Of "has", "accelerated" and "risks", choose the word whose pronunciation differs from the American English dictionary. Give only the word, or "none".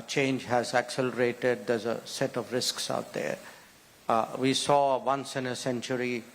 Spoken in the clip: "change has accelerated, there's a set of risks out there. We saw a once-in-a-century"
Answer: none